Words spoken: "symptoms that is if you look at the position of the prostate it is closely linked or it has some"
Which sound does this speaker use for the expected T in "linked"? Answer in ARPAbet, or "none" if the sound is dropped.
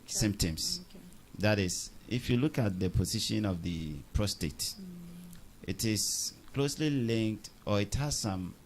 T